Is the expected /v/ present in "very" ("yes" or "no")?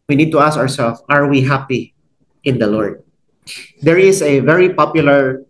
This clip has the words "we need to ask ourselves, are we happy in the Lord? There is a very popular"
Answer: yes